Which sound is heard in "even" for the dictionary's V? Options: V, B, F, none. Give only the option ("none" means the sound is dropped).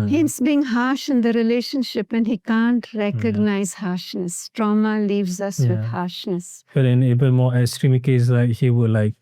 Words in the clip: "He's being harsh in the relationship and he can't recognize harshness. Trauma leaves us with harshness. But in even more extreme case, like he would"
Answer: B